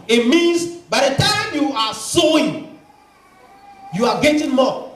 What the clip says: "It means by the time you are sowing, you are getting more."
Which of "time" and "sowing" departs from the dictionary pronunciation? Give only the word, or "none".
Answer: none